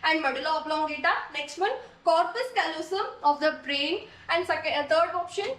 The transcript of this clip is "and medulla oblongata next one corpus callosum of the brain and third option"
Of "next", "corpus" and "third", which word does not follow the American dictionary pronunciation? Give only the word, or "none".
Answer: third